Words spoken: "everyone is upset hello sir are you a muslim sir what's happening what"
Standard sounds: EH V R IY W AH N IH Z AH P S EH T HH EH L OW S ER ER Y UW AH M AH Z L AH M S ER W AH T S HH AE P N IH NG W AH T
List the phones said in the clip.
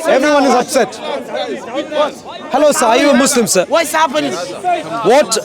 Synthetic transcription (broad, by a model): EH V R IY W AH N IH Z AH P S EH T HH EH L OW S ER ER Y UW AH M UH S L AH M S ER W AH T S HH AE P IH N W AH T